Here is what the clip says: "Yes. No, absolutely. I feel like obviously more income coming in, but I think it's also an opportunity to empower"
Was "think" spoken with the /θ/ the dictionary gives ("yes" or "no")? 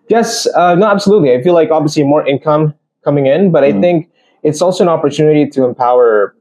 yes